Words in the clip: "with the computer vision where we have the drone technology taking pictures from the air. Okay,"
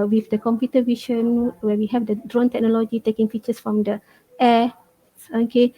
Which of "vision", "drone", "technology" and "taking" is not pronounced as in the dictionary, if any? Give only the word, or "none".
vision